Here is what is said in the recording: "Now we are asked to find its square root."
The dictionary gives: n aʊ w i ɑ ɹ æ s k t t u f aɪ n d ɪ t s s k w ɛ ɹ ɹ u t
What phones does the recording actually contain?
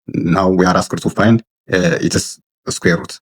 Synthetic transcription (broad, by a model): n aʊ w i ɑ ɹ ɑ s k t t u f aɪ n ɪ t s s k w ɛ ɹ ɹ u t